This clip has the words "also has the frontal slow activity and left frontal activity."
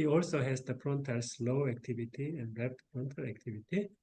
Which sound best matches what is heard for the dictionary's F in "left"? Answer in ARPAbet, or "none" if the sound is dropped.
P